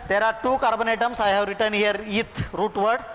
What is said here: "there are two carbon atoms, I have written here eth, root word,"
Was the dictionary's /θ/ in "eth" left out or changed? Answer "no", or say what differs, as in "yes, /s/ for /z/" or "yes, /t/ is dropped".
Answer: yes, /t/ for /θ/